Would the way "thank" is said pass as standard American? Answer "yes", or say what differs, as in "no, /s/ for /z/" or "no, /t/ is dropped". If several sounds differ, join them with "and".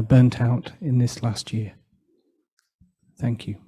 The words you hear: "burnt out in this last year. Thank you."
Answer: yes